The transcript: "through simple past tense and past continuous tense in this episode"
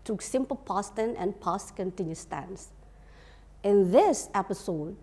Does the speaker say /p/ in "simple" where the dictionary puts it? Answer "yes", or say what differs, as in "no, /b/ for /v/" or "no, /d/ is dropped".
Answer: yes